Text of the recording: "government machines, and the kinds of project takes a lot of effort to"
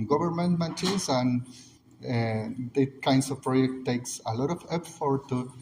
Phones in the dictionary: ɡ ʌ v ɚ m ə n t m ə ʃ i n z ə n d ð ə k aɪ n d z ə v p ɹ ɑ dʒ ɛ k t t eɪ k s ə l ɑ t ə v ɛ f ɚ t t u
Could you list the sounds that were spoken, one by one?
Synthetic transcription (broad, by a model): ɡ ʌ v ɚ m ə n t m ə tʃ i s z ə n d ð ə k aɪ n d s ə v p ɹ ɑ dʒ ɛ k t t eɪ k s ə l ɑ t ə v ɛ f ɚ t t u